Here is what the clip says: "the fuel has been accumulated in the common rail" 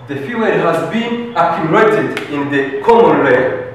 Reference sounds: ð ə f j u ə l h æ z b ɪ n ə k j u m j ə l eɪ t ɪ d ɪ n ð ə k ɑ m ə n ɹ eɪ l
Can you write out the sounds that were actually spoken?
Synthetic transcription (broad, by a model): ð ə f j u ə n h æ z b ɪ n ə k j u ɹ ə ɪ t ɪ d ɪ n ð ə k ɑ m ə n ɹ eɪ